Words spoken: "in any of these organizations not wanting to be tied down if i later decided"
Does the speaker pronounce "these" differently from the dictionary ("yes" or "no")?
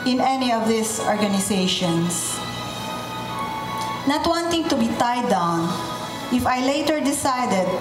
yes